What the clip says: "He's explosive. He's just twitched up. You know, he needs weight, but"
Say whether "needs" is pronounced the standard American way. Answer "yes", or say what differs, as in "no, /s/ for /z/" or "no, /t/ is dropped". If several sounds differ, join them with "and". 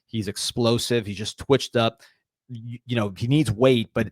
yes